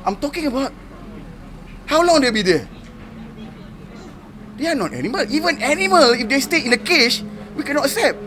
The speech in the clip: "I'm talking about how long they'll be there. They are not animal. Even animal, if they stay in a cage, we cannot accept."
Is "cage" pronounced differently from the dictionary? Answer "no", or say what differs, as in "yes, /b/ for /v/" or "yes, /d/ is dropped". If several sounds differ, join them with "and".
yes, /ʃ/ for /dʒ/